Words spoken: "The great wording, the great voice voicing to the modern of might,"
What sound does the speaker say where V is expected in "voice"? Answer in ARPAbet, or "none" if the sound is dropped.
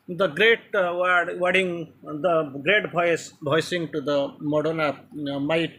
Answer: B